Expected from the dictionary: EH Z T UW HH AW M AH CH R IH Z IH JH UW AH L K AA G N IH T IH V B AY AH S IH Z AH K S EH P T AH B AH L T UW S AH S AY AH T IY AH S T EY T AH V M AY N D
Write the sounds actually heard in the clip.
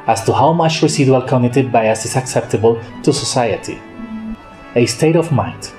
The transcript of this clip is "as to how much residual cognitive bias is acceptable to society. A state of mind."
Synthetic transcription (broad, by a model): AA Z T UW HH AW M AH CH R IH S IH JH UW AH L K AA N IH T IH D B AY AH S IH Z AH K S EH P T AH B AH L T UW S AH S AY AH T IY AH S T EY T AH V M AY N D